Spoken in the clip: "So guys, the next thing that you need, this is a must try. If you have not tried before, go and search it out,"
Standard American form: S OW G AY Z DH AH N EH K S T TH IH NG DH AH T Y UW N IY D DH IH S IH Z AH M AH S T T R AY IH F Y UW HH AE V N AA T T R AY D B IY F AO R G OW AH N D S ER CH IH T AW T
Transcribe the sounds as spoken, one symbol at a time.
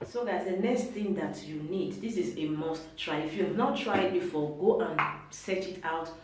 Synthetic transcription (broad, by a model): S OW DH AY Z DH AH N EH K S T TH IH NG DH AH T Y UW N IY D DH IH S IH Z AH M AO S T T R AY IH F Y UW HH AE V N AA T T R AY D B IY F AO G OW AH N S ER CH IH T AW T